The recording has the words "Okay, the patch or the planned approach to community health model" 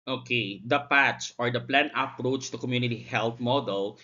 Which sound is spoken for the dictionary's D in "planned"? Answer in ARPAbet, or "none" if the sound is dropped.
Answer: none